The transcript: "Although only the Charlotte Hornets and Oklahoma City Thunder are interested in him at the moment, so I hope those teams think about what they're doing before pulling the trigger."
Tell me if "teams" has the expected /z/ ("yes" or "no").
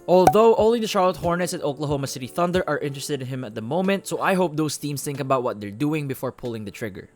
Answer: no